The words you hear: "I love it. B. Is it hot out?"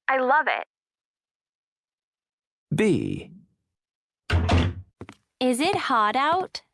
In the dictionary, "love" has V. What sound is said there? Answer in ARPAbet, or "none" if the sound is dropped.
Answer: V